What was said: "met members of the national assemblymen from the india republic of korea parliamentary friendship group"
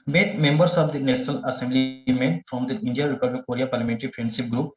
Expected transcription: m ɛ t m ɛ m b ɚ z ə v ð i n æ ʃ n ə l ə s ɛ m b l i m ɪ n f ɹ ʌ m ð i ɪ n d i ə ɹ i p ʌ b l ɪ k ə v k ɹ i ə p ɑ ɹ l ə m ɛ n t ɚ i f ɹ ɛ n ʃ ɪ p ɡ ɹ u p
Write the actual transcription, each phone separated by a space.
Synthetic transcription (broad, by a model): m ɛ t m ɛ m b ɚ s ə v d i n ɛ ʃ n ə l ə s ɛ m b l i m ɪ n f ɹ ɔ m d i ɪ n d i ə ɹ i p ʌ b l ɪ k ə ɹ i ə p ɑ ɹ l ə m ɛ n t ɚ i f ɹ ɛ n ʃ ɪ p ɡ ɹ u p